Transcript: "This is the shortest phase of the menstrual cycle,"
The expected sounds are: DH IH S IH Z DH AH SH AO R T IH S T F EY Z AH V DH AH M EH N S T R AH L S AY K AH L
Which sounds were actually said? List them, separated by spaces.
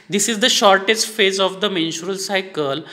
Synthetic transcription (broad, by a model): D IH S IH Z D AH SH AO R T IH S T F EY Z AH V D AH M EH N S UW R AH L S AY K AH L